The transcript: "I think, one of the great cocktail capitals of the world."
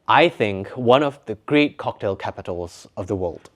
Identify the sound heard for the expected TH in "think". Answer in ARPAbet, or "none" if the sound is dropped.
TH